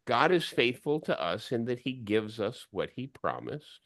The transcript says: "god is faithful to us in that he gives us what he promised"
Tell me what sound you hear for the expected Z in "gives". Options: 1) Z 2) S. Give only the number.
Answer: 1